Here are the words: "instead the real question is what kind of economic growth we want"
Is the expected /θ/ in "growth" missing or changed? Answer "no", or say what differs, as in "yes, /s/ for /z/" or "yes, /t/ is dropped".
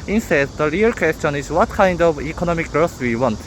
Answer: yes, /s/ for /θ/